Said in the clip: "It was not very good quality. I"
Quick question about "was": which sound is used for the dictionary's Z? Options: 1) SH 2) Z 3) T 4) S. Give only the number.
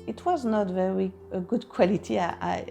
2